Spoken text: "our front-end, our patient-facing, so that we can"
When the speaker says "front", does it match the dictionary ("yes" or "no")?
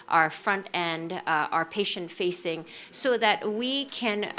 yes